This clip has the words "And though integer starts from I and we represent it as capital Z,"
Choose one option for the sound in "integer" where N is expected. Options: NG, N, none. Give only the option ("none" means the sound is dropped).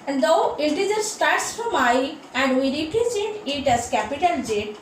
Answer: none